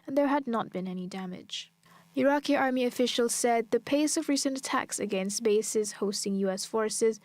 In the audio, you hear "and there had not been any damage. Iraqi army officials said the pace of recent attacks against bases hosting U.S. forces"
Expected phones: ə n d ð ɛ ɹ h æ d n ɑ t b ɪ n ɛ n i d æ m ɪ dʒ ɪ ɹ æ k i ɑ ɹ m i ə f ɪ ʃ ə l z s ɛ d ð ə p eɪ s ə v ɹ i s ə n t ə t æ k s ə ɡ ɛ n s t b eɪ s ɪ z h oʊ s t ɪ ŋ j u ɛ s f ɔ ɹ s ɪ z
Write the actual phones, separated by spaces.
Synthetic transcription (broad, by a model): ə n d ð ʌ ɹ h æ d n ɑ t b ɪ n ɛ n i d æ m ɪ dʒ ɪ ɹ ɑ k i ɑ ɹ m i ə f ɪ ʃ ə l z s ɛ d ð ə p eɪ s ə v ɹ i s ə n t ə t æ k s ə ɡ ɛ n s t b eɪ s ɪ z h oʊ s t ɪ ŋ j u ɛ s f ɔ ɹ s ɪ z